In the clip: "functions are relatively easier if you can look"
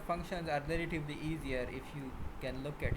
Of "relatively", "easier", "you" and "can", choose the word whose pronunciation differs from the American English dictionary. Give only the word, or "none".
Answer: relatively